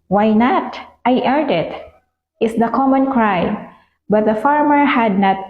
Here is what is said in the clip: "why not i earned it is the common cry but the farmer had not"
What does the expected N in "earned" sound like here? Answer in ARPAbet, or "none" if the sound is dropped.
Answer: none